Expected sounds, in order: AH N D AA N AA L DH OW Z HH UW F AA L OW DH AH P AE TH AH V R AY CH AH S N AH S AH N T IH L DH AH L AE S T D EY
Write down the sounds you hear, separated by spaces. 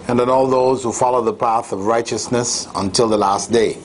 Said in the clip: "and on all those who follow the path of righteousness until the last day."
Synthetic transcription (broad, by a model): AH N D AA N AA L DH OW Z HH UW F AA L OW DH AH P AE TH AH V R AY CH AH S N AH S AH N T IH L DH AH L AE S T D EY